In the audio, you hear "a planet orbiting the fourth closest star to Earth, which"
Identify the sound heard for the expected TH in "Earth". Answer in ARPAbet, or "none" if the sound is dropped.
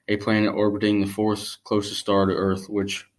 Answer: TH